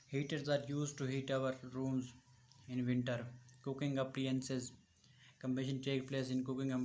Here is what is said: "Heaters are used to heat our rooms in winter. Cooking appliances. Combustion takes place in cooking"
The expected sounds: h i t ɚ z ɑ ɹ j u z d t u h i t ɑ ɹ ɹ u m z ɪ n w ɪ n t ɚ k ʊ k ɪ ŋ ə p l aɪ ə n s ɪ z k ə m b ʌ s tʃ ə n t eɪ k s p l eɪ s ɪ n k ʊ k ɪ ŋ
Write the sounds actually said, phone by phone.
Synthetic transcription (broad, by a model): h i t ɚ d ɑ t j u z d t u h i t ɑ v ɹ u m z ɪ n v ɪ n t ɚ k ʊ k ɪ ŋ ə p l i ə n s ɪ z k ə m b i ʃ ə n t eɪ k p l eɪ s ɪ n k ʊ k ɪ ŋ